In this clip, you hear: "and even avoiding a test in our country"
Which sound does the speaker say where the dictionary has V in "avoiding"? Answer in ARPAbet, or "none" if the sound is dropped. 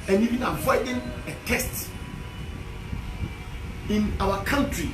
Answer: F